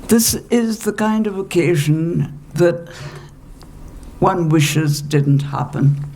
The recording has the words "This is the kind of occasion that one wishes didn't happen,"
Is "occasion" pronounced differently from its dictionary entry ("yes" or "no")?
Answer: no